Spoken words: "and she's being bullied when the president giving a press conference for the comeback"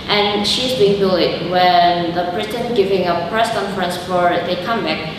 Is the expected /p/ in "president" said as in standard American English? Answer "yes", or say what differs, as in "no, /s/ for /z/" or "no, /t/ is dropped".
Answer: no, /b/ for /p/